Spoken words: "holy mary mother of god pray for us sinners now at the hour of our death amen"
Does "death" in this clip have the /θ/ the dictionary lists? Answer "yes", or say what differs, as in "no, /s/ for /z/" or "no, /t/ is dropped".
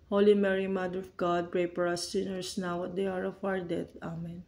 no, /t/ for /θ/